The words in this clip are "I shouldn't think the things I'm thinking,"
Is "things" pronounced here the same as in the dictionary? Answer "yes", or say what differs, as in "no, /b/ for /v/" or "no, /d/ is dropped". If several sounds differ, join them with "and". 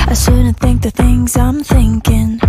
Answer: yes